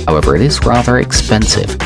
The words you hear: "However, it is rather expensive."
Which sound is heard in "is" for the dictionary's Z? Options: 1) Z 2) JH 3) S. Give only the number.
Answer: 1